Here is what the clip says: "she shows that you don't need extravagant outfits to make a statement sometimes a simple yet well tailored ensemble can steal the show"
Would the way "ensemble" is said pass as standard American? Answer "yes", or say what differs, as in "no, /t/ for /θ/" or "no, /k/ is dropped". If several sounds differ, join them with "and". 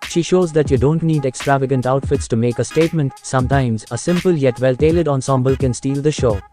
yes